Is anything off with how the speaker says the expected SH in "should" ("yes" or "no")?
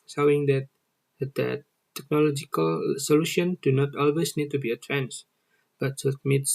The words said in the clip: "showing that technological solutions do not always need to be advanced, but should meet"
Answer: yes